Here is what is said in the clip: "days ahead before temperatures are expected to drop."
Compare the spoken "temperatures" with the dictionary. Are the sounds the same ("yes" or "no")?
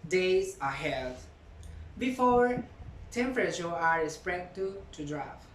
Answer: no